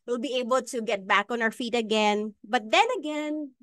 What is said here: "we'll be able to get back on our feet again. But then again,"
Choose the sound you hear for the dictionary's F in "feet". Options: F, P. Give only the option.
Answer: F